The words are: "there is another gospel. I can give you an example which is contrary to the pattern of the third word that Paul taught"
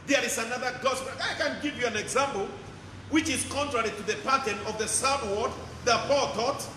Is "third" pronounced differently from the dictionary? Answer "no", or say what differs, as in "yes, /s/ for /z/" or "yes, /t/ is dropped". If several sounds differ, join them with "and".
yes, /s/ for /θ/